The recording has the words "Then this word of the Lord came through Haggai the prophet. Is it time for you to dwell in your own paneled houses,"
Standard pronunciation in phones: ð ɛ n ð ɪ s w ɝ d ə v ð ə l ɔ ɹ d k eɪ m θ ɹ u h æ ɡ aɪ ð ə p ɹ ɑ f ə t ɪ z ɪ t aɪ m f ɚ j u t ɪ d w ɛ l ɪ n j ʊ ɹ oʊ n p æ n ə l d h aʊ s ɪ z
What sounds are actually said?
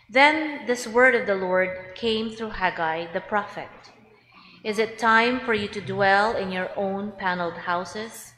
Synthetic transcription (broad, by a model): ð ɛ n ð ɪ s w ɝ d ə v ð ə l ɔ ɹ d k eɪ m θ ɹ u h æ ɡ aɪ ð ə p ɹ ɑ f ə t ɪ z ɪ t aɪ m f ɚ j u t ɪ d w ɛ l ɪ n j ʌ ɹ oʊ n p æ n l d h aʊ s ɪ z